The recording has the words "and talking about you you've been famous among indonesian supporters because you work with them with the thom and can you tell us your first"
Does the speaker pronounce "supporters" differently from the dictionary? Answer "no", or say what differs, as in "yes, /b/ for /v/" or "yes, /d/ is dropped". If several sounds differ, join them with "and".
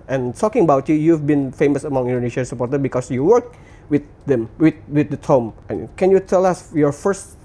yes, /z/ is dropped